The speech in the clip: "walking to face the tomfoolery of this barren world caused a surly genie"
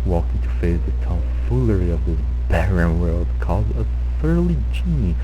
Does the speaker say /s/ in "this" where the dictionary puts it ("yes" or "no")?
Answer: no